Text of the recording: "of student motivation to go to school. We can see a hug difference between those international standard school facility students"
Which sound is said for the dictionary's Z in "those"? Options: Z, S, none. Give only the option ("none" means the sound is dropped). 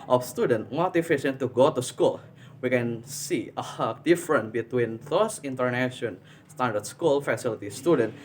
S